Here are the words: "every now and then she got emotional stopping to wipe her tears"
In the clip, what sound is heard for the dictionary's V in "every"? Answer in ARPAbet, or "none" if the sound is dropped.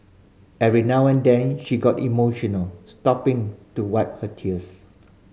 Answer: none